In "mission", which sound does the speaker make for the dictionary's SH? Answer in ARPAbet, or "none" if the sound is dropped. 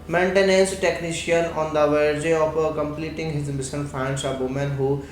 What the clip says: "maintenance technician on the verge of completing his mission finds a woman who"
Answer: S